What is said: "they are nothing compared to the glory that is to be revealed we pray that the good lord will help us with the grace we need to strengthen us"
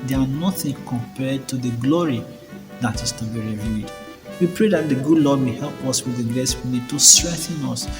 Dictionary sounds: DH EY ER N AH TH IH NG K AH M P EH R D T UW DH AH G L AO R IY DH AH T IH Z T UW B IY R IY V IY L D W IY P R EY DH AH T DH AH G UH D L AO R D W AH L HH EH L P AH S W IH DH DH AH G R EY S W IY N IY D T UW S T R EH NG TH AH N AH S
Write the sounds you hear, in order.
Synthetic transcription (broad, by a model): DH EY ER N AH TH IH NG K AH M P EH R D T UW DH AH G L AO R IY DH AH T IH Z T UW B IY R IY V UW D W IY P R EY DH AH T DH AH G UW D L AO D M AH HH EH L P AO S W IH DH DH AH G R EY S W IY N IY D T UW S T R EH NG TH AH N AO S